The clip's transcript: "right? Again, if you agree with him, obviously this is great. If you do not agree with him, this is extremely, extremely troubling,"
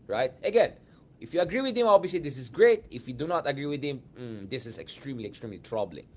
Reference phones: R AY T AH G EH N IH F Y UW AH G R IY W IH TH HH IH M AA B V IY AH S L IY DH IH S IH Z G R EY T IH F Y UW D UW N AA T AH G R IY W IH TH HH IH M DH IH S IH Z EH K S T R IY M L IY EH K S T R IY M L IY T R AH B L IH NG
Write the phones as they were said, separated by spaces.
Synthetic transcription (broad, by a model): R AY T AH G EH N IH F Y UW AH G R IY W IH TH HH IH M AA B IY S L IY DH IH S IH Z G R EY T IH F Y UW D UW N AA T AH G R IY W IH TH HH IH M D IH S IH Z EH K S T R IY M L IY EH K S T R IY M L IY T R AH B L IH NG